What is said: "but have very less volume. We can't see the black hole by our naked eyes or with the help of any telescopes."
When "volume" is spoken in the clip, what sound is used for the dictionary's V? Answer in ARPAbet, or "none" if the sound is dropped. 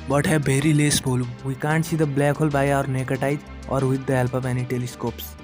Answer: B